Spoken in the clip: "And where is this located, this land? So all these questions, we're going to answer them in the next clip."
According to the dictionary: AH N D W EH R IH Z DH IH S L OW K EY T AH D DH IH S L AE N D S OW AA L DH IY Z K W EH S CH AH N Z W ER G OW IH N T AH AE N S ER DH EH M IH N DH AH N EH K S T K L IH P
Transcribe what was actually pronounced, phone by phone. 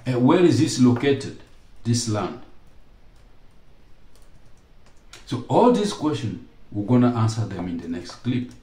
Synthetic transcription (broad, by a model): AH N W EH R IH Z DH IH S L OW K EY T AH D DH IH S L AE N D S OW AA L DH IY S K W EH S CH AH N W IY G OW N T AH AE N S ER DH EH M IH N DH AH N EH K S T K L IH P